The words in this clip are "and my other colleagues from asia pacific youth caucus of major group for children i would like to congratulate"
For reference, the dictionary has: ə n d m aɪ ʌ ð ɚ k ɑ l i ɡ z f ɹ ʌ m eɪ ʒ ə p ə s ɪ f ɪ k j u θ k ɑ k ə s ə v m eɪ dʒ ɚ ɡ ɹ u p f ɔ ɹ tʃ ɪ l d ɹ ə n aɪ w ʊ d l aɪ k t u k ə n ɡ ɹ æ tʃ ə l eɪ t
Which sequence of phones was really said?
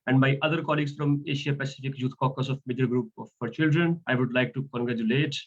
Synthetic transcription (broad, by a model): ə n d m aɪ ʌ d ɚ k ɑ l i ɡ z f ɹ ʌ m eɪ ʃ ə p ə s ɪ f ɪ k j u t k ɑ k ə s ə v m eɪ dʒ ɚ ɡ ɹ u p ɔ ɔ ɹ tʃ ɪ l d ɹ ə n aɪ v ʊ d l aɪ k t u k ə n ɡ ɹ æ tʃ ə l eɪ t